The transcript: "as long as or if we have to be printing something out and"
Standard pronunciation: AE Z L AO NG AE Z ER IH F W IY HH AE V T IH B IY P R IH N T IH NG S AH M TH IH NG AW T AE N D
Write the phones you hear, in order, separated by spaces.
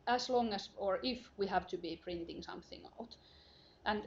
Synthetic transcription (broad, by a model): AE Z L AO NG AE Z ER IH F W IY HH AE V T IH B IY P R IH N T IH NG S AH M TH IH NG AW T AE N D